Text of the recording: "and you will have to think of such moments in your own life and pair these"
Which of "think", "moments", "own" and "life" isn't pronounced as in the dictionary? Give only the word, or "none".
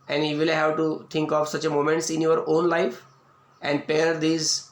think